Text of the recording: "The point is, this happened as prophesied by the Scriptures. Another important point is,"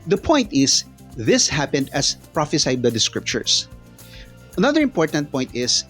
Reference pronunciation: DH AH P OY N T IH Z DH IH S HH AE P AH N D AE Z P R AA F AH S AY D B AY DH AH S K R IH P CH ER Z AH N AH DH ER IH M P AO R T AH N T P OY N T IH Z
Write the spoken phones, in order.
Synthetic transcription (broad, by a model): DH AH P OY N T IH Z DH IH S HH AE P AH N D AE S P R AA F AH S AY D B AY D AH S K R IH P CH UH S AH N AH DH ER IH M P AO R T AH N T P OY N T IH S